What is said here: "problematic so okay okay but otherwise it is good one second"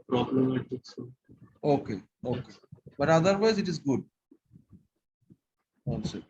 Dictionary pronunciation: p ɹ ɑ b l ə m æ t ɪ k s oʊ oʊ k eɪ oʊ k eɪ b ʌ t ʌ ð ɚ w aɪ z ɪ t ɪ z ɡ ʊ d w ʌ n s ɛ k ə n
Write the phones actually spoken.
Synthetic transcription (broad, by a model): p ɹ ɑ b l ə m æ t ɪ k s oʊ oʊ k eɪ oʊ k eɪ b ʌ t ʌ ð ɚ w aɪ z ɪ t ɪ z ɡ ʊ d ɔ l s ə